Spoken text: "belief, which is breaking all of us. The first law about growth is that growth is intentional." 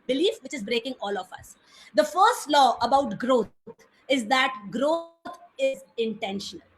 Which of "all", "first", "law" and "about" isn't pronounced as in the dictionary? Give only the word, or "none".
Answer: none